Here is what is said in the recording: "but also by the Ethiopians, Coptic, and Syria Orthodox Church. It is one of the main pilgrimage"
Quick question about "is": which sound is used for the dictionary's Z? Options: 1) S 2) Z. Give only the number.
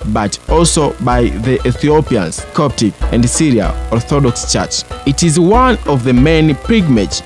2